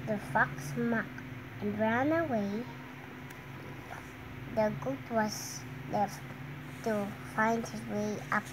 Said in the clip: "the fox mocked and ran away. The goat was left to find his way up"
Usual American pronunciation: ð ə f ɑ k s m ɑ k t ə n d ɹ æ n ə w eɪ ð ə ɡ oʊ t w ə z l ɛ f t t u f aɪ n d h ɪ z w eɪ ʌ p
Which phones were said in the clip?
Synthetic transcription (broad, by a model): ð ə f ɑ k s m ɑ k ə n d ɹ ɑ n ə w eɪ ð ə ɡ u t w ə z l ɛ f t t u f aɪ n d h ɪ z w eɪ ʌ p